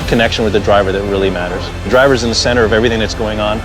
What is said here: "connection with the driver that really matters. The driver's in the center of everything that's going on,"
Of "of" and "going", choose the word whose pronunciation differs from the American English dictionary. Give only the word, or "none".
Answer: none